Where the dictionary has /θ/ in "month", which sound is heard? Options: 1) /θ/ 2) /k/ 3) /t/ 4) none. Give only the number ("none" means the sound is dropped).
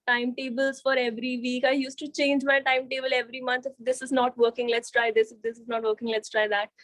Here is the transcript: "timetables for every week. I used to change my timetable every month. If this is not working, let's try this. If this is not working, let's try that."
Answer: 3